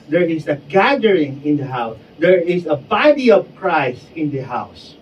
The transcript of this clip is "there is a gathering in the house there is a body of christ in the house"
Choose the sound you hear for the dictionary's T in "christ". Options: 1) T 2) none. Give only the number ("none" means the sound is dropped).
2